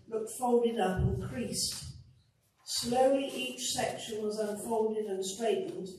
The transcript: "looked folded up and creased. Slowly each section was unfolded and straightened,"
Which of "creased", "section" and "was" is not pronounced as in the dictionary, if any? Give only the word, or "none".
none